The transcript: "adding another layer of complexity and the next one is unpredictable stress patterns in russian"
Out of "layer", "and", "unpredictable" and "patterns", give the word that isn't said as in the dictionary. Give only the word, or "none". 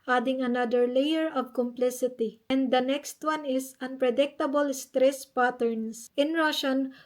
patterns